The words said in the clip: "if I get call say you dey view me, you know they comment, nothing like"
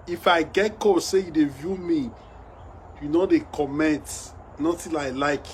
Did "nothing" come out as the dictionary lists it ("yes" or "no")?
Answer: no